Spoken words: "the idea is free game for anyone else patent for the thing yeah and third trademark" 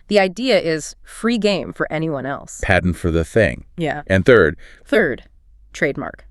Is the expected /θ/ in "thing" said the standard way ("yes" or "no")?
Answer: yes